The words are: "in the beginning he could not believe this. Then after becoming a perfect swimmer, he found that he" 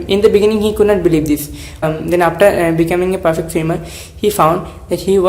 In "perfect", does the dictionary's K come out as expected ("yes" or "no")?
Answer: yes